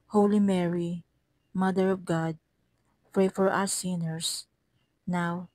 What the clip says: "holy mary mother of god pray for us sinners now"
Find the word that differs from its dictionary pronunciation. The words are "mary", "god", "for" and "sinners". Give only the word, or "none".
sinners